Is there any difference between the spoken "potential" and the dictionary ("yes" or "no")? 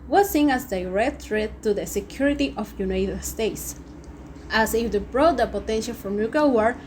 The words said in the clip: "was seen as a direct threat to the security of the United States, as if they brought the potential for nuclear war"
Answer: no